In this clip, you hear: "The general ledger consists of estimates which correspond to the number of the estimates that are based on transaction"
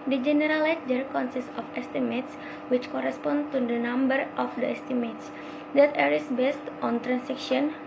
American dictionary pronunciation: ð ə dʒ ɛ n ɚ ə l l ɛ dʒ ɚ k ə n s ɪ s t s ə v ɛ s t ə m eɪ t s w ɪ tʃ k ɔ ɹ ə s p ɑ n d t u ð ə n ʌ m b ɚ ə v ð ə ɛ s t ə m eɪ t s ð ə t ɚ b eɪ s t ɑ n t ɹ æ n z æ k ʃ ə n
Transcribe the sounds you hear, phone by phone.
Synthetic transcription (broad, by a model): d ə dʒ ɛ n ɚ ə l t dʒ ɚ k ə n s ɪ s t ə f ɛ s t ə m eɪ t s w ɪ tʃ k ɔ ɹ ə s p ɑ n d t u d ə n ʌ m b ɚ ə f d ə ɛ s t ə m eɪ t s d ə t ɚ b eɪ s t ɑ n t ɹ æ n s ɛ k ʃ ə n